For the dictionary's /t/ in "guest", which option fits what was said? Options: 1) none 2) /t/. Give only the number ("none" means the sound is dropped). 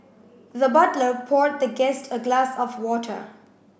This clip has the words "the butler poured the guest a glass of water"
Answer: 2